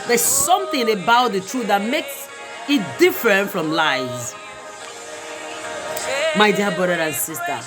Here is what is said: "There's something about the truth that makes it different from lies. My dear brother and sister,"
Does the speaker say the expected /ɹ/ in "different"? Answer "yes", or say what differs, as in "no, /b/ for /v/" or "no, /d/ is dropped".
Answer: yes